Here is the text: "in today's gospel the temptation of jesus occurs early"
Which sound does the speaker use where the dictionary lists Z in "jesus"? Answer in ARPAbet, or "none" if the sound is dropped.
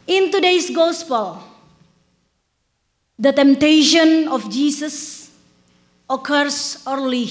S